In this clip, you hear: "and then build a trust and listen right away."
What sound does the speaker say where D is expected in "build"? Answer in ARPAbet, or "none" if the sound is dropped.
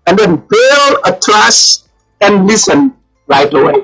none